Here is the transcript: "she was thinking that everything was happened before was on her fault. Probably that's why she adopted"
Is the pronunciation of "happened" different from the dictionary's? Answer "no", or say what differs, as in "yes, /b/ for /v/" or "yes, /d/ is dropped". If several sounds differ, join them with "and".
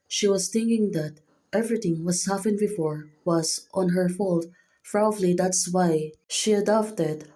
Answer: yes, /f/ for /p/